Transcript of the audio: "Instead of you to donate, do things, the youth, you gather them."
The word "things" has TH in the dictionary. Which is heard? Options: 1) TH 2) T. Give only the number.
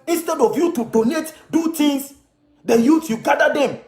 2